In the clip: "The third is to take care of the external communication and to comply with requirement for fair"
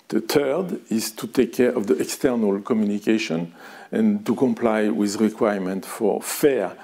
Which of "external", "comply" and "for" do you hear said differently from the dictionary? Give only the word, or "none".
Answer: none